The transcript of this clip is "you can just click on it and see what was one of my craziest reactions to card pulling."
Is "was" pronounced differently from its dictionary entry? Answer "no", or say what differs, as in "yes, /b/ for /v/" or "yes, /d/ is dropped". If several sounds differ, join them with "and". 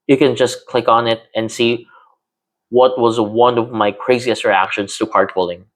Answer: no